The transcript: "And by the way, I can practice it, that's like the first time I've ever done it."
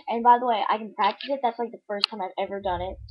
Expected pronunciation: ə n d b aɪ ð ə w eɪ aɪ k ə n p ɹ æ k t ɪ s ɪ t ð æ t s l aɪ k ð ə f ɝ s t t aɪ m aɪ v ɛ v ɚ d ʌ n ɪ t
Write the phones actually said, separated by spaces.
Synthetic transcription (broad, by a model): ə n b aɪ ð ə w eɪ aɪ k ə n p ɹ æ k t ɪ s ɪ t ð æ t s l aɪ k ð ə f ɝ s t t aɪ m aɪ v ɛ v ɚ d ʌ n ɪ t